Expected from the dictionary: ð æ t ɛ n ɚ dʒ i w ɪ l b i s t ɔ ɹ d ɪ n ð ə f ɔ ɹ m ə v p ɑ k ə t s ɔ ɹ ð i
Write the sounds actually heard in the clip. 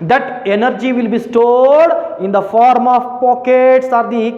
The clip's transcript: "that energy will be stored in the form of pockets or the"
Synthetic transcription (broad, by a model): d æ t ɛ n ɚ dʒ i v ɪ l b i s t ɔ d ɪ n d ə f ɔ ɹ m ə v p ɑ k ə t s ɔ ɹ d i